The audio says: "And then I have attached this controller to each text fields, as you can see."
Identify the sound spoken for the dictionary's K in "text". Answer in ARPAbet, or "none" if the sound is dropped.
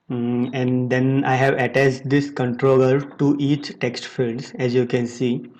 K